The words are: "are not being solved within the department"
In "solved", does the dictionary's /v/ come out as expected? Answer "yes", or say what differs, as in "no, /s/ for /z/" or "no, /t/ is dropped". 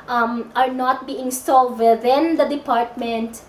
no, /v/ is dropped